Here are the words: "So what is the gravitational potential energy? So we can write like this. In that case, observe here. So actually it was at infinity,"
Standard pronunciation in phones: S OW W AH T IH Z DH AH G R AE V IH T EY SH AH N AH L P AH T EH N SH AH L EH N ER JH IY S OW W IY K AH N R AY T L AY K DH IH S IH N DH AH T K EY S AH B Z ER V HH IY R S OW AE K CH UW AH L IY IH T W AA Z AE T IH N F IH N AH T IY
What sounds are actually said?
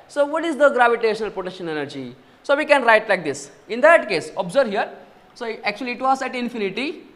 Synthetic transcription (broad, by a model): S OW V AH T IH Z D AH G R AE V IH T EY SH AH N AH L P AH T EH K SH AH N EH N ER JH IY S OW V IY K AH N R AY T L AY K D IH S IH N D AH T K EY S AH B Z ER V HH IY R S OW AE K CH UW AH L IY T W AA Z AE T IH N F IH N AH T IY